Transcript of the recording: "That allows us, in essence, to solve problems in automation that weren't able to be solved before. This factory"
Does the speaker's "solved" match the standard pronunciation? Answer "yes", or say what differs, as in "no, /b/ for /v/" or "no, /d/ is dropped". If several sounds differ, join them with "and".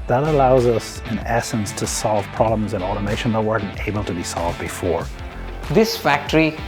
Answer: yes